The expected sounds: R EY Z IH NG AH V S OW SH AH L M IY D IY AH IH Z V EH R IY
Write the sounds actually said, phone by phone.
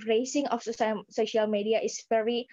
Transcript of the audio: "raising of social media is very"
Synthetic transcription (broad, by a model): R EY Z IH NG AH F S OW SH AH L M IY D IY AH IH S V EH R IY